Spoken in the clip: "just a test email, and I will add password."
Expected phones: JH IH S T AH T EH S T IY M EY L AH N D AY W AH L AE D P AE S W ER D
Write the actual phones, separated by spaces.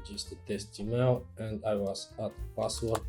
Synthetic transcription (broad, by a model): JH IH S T AH T EH S T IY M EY W AH N D AY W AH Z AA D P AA S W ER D